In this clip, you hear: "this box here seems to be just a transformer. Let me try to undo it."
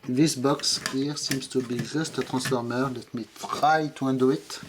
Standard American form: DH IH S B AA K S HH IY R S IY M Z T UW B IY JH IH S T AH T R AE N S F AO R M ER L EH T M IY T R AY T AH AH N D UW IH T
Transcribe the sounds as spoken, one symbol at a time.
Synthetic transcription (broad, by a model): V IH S B AA K S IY R S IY M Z T UW B IY ZH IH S T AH T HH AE S F AO R M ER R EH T M IY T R AY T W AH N D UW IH T